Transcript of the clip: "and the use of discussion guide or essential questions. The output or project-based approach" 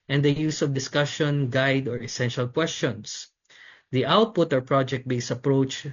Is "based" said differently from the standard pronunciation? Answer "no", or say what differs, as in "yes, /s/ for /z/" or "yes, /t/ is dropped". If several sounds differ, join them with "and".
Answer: yes, /t/ is dropped